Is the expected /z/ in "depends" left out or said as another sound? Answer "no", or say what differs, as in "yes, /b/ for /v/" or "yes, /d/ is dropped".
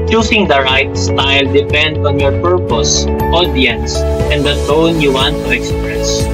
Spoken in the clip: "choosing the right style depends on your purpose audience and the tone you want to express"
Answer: yes, /z/ is dropped